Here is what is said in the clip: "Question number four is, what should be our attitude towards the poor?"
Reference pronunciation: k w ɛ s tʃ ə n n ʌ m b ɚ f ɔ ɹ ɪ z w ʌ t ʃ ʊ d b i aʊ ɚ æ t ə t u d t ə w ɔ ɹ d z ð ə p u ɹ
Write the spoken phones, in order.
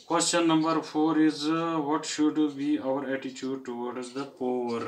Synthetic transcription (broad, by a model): k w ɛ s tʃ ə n n ʌ m b ɚ f ɔ ɹ ɪ z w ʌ t ʃ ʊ d b i aʊ ɚ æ t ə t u d t ə w ɔ ɹ d z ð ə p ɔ ɹ